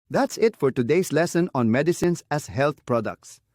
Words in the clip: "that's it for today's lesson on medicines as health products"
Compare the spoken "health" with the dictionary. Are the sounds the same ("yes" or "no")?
no